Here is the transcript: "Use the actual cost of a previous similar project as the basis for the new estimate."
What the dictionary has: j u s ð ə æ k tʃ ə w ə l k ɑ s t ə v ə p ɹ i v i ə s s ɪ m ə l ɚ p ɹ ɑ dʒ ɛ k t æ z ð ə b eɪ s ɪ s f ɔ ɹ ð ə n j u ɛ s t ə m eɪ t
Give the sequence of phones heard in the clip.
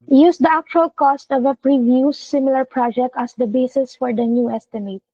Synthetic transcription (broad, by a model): j u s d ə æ k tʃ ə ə l k ɑ s t ə v ə p ɹ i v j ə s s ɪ m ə l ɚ p ɹ ɑ dʒ ɛ k t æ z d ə b eɪ s ɪ s f ɔ ɹ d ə n j u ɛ s t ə m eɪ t